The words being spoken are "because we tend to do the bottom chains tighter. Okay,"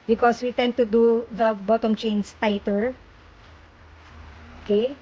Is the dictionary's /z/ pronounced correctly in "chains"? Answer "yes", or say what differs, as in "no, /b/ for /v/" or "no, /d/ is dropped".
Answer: no, /s/ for /z/